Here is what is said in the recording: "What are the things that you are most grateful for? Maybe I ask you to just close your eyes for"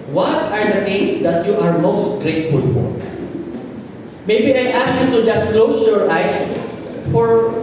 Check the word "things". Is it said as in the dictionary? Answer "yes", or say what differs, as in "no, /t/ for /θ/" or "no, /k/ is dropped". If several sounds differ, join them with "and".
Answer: no, /t/ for /θ/